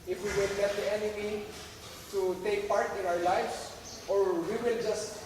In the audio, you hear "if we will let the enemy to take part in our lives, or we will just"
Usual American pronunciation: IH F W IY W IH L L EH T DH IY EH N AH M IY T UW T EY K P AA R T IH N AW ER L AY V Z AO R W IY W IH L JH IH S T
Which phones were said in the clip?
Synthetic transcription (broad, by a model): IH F W IY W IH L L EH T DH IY EH N AH M IY T UW T EY K P AA R T IH N AW ER L AY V S AO R W IY W IH L JH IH S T